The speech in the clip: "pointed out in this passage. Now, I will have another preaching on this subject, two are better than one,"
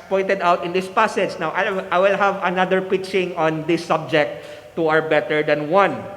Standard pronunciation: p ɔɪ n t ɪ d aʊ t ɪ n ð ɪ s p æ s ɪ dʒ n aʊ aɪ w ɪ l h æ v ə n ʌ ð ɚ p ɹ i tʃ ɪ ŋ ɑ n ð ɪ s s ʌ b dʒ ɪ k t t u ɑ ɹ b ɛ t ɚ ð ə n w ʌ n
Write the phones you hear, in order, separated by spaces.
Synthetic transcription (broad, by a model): p ɔɪ n t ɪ d aʊ t ɪ n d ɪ s p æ s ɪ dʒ n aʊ aɪ w ɪ l h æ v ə n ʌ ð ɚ p i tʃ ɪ ŋ ɑ n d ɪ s s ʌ b dʒ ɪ k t t u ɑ ɹ b ɛ t ɚ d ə n w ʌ n